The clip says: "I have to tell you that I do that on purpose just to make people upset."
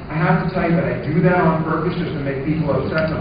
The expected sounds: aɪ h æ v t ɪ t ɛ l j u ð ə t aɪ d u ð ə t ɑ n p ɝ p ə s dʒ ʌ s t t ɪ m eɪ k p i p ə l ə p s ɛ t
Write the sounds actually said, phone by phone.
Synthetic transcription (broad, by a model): aɪ h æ f t ɪ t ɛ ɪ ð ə t aɪ d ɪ ð ə t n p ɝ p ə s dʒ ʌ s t t ɪ m eɪ k p i p l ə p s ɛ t